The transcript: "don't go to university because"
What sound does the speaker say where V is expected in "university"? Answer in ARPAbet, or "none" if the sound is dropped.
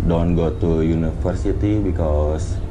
F